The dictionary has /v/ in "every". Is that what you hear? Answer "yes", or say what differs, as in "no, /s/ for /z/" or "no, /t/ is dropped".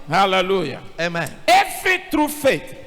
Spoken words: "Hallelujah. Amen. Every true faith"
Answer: no, /f/ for /v/